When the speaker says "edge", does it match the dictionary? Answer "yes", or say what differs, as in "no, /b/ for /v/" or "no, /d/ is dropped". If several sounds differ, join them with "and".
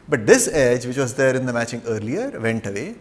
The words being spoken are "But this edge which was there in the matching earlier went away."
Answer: yes